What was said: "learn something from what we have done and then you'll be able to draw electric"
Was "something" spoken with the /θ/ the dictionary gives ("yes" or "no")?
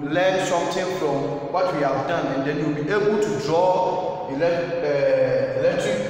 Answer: no